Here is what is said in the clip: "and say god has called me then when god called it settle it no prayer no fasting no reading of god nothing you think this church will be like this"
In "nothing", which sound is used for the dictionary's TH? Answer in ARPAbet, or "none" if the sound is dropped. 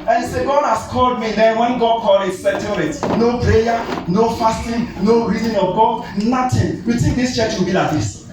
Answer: T